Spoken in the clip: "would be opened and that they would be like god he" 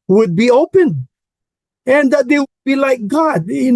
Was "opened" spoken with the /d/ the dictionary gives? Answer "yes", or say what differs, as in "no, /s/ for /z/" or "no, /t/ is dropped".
no, /d/ is dropped